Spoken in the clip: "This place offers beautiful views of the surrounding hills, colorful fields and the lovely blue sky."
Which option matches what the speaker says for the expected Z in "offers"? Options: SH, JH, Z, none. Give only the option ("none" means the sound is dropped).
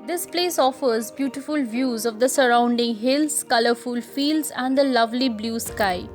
Z